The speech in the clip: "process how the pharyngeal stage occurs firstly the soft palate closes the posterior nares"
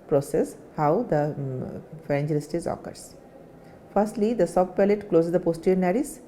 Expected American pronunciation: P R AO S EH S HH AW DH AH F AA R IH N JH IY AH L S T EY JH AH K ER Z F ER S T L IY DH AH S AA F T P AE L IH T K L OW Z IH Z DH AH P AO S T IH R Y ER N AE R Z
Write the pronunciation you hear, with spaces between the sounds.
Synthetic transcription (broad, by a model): P R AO S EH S HH AW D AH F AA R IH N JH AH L S T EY Z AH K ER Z F ER S T L IY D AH S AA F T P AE L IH T K L OW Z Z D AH P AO S T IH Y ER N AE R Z